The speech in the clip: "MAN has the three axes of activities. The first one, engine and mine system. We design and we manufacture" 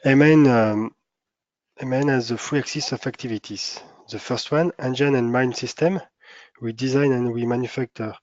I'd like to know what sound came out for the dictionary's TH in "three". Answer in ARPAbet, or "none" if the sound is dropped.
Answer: F